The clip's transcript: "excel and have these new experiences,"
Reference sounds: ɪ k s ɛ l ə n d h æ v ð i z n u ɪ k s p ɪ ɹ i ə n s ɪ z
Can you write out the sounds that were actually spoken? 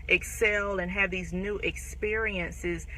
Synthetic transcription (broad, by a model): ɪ k s ɛ l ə n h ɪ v ð i z n u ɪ k s p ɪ ɹ i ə n s ɪ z